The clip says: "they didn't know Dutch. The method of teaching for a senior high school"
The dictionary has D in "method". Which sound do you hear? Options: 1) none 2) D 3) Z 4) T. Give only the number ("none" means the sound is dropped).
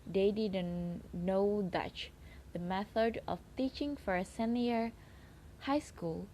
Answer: 2